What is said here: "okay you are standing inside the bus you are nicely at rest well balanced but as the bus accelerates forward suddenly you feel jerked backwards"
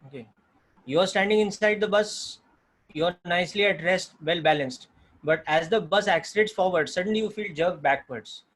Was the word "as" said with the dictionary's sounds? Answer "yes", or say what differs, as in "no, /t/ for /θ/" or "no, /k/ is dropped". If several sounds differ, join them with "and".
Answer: yes